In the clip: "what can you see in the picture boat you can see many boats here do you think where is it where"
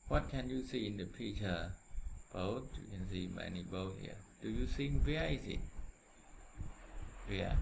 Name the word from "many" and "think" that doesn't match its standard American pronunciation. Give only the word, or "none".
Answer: think